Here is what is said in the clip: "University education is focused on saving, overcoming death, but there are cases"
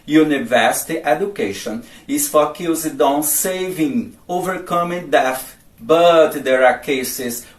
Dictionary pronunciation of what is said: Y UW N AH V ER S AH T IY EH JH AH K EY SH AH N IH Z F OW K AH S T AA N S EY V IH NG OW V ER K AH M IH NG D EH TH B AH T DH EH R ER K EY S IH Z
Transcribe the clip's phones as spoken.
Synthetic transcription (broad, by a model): Y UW N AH V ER S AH T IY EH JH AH K EY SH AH N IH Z F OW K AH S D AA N S EY V IH NG OW V ER K AH M IH NG D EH F B AH T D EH R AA K EY S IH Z